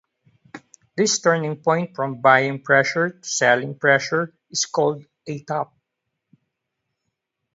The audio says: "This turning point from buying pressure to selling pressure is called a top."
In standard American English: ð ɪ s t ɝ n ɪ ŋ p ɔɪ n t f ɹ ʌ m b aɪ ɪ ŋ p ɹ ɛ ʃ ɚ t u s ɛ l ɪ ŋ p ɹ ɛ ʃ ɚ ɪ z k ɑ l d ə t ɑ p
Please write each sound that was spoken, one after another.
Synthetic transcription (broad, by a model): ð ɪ s t ɝ n ɪ ŋ p ɔɪ n t f ɹ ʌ m b aɪ ɪ ŋ p ɹ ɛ ʃ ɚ t u s ɛ l ɪ ŋ p ɹ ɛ ʃ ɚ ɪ s k ɑ l d ə t ɑ p